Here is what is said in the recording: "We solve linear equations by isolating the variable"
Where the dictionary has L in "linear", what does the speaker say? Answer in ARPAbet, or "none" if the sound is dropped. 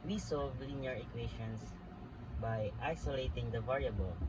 W